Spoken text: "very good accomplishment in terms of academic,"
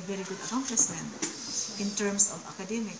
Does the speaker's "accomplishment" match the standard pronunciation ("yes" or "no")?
no